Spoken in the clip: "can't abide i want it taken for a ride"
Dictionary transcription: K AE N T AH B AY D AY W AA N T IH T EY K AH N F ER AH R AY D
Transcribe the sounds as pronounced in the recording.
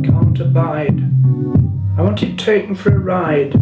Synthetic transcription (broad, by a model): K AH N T AH B AY D AY W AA N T IH T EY AH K F ER AH R AY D